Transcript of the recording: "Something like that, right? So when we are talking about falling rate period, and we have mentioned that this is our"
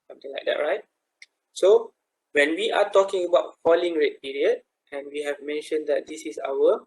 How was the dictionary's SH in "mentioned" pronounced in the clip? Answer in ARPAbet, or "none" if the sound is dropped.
SH